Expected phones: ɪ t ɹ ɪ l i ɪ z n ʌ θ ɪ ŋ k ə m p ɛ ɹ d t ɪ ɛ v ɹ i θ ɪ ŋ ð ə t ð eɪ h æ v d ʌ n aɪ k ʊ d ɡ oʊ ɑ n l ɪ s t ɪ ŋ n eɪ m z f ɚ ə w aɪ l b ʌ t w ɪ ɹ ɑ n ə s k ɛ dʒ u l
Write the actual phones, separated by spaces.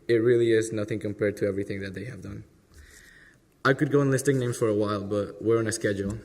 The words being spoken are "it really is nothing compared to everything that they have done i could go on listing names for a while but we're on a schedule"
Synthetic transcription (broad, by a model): ɪ t ɹ ɪ l i ɪ z n ʌ θ ɪ ŋ k ə m p ɛ ɹ d t ɪ ɛ v ɹ i θ ɪ ŋ ð ə t ð eɪ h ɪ v d ʌ n aɪ k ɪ d ɡ oʊ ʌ n l ɪ s t ɪ ŋ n eɪ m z f ɚ ə w aɪ l b ʌ t w ɪ ɹ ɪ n ə s k ɛ dʒ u l